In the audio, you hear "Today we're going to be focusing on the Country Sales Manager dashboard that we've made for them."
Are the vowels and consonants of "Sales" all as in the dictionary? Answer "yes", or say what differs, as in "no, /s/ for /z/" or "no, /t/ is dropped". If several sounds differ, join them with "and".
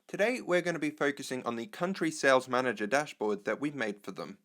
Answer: yes